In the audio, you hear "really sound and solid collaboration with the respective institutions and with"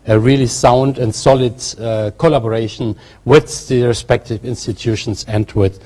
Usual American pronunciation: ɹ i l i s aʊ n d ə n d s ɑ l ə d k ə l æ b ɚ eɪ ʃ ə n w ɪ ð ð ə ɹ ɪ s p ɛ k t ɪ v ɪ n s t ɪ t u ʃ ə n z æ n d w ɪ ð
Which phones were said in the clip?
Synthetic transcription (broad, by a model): ɹ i l i s aʊ n d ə n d s ɑ l ə d k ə l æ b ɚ eɪ ʃ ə n w ɪ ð ð ə ɹ ɪ s p ɛ k t ɪ v ɪ n s t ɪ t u ʃ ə n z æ n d w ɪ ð